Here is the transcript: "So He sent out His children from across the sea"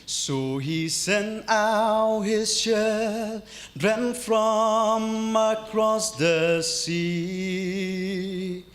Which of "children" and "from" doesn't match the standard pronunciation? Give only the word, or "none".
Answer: children